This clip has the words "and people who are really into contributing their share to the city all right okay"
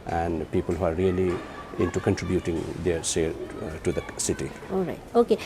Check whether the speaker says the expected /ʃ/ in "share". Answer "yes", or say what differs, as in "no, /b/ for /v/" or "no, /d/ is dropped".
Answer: no, /s/ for /ʃ/